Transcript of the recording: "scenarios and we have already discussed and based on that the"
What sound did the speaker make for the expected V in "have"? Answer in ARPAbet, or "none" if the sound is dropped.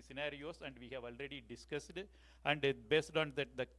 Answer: V